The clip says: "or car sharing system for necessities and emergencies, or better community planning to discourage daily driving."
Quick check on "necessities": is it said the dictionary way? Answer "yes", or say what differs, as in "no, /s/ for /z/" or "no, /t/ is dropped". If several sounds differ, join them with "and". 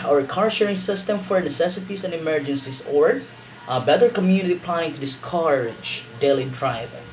no, /s/ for /z/